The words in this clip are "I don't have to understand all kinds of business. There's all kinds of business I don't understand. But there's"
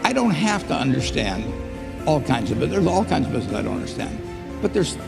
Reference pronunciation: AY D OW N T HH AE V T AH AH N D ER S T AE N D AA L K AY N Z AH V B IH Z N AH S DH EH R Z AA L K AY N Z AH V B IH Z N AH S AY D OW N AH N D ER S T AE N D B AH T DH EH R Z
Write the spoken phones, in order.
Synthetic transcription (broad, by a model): AY D OW N T HH AE F T AH AH N D ER S T AE N D AA L K AY N Z AH V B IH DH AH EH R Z AA L K AY N Z AH V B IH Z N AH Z AY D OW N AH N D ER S T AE N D B AH T DH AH R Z